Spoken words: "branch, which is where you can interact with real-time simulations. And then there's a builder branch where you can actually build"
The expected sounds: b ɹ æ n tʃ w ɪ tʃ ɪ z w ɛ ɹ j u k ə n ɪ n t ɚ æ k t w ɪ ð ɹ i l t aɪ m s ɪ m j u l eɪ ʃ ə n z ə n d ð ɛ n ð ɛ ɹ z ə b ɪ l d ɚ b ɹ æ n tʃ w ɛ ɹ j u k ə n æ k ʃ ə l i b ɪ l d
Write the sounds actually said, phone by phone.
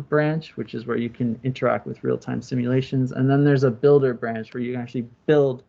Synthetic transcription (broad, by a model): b ɹ æ n tʃ w ɪ tʃ ɪ z w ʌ ɹ j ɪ k ə n ɪ n t ɚ æ k t w ɪ ð ɹ i l t aɪ m s ɪ m j u l eɪ ʃ ə n z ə n ð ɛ n ð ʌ ɹ z ə b ɪ l d ɚ b ɹ æ n tʃ w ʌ ɹ j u k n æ k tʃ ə l i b ɪ l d